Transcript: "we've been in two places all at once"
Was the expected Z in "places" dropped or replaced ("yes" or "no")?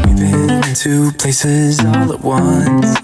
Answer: no